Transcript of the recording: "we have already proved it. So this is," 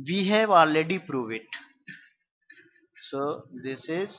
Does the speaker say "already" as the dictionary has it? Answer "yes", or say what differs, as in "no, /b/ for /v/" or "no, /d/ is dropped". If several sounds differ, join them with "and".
no, /ɹ/ is dropped